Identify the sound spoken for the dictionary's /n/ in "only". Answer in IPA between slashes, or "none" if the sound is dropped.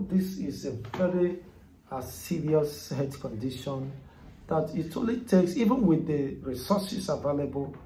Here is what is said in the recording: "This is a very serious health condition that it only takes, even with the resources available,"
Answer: none